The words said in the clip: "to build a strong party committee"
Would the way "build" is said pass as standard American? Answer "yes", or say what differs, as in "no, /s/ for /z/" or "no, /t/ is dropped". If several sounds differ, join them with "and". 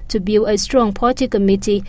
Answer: no, /d/ is dropped